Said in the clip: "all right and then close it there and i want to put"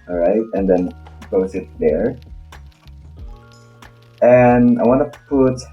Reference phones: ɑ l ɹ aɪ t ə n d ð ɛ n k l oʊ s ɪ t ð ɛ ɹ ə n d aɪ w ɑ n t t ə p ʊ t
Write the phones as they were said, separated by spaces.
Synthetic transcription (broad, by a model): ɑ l ɹ aɪ t ə n d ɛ n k oʊ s ɪ t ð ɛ ɹ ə n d aɪ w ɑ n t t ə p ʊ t